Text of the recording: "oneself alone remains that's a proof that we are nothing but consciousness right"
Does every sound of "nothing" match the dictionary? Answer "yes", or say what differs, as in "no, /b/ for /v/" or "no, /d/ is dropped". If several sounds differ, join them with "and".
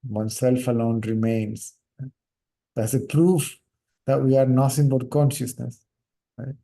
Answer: no, /s/ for /θ/